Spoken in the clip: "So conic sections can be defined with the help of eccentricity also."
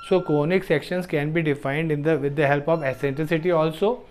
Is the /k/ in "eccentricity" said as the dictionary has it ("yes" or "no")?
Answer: no